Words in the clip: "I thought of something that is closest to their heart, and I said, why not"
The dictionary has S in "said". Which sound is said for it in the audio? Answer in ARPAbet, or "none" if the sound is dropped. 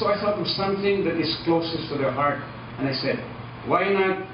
S